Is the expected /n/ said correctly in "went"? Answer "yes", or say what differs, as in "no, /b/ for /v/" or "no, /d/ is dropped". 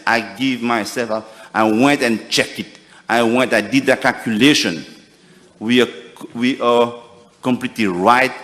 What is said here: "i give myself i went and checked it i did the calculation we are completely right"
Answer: yes